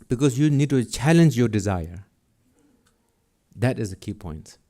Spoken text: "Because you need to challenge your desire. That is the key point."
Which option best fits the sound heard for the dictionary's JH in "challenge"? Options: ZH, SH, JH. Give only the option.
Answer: JH